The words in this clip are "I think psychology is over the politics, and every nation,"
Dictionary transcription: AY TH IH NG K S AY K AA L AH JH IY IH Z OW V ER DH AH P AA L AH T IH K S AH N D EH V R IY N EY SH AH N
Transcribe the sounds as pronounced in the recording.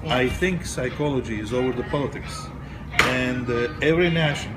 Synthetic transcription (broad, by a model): AY TH IH NG K S AY K AA L AH JH IY IH Z OW V ER DH AH P AA L AH T IH K S AH N D EH V R IY N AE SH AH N